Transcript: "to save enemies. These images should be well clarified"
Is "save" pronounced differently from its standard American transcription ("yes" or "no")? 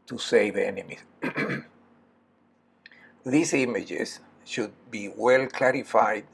no